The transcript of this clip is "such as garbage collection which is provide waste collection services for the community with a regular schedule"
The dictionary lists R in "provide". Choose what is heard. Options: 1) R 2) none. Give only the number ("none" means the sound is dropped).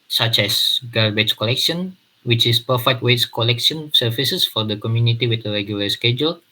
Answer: 2